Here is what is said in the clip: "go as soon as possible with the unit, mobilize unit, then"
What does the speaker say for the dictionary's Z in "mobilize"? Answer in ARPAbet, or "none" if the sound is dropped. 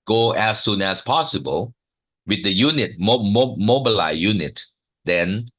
none